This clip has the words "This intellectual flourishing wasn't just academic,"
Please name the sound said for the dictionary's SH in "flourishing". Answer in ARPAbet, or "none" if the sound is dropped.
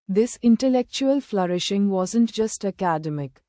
SH